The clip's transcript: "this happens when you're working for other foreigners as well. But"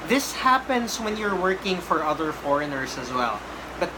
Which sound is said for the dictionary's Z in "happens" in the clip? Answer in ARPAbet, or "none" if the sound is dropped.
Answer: S